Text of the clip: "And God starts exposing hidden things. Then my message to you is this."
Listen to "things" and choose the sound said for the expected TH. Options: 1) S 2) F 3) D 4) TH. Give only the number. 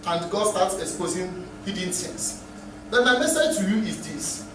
1